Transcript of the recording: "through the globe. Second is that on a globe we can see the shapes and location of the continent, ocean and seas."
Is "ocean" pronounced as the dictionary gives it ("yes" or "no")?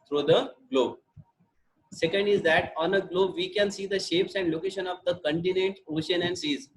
yes